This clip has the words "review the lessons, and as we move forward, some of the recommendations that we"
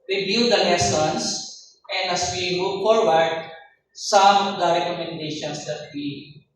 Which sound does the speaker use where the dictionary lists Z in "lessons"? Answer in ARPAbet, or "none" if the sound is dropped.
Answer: S